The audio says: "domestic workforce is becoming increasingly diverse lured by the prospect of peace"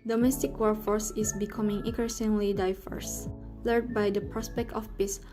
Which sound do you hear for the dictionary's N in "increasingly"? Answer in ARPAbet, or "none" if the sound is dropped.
none